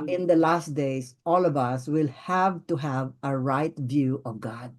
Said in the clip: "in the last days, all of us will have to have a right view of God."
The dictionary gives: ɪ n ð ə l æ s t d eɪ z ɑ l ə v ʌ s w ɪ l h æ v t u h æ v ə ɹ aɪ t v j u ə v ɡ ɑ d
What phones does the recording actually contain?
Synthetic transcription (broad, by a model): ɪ n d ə l æ s t d eɪ s ɑ l ə v ʌ s w ɪ l h æ v t u h æ v ə ɹ aɪ t v j u ə v ɡ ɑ d